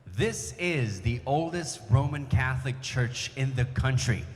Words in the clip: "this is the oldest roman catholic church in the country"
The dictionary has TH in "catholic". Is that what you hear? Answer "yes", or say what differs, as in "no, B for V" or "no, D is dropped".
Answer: yes